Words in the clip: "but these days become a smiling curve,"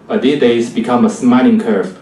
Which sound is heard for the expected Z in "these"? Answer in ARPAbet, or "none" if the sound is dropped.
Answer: none